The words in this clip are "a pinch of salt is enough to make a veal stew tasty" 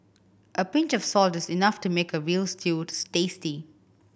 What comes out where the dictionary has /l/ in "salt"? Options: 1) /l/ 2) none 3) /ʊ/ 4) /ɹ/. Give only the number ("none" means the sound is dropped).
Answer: 1